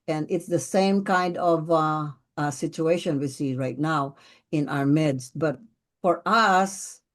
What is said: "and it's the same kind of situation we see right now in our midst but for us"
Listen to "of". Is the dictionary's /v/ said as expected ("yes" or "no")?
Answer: yes